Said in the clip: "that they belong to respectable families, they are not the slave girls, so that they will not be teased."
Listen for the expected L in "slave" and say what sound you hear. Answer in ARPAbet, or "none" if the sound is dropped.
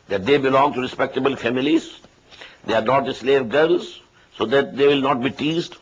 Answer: L